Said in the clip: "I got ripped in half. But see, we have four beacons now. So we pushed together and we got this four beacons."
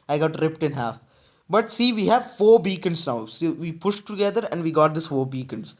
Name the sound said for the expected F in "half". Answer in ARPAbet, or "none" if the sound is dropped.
F